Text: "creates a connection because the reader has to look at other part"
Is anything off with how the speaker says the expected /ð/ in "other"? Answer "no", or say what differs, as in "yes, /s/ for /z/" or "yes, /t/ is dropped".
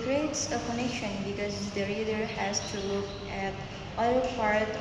yes, /ð/ is dropped